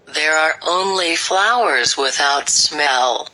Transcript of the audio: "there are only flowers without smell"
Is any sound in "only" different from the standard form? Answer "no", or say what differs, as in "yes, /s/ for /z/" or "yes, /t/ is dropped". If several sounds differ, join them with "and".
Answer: no